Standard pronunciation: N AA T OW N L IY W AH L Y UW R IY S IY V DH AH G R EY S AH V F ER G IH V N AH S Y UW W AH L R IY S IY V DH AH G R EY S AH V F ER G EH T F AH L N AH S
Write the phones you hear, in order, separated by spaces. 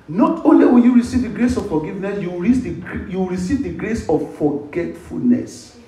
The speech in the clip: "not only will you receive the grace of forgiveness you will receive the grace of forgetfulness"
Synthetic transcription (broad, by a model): N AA T OW N L IY W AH N Y UW R IY S IY V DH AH G R EY S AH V F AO G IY V N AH S Y UW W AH W R IY S IY V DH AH G R EY S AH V F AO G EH T F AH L N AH S